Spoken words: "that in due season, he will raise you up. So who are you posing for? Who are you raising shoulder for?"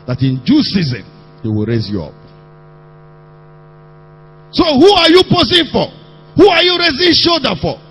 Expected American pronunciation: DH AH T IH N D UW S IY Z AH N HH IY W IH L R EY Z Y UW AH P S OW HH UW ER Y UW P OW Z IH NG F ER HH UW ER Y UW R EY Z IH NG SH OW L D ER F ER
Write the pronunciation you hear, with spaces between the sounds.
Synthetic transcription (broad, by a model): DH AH T IH N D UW S IY Z AH N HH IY W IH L R EY Z Y UW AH P S OW HH UW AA Y UW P OW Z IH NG F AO HH UW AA Y UW R EY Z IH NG SH OW D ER F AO